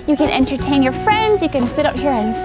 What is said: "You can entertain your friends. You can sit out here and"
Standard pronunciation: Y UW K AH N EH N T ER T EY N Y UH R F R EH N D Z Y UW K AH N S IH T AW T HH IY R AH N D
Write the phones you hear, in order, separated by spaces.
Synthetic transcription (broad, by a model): Y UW K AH N EH N T ER T EY N Y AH R F R EH N D Z Y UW K AH N S IH T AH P HH IY R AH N